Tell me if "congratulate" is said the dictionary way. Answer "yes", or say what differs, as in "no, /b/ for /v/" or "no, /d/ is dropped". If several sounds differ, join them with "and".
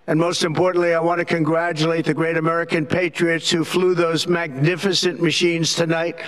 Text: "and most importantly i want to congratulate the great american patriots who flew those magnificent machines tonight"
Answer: yes